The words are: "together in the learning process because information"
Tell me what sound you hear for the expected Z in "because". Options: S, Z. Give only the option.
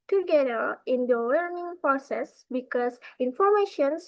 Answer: S